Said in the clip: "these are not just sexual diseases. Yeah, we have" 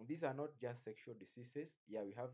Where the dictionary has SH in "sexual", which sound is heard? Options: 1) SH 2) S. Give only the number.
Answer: 1